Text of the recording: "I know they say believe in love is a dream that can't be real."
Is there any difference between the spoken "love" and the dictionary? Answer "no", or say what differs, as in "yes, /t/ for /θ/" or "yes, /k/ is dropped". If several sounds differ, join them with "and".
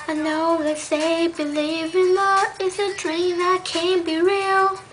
yes, /v/ is dropped